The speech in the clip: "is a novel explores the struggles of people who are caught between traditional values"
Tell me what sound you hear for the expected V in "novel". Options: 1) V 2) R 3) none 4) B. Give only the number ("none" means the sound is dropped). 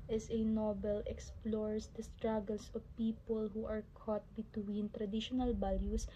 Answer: 4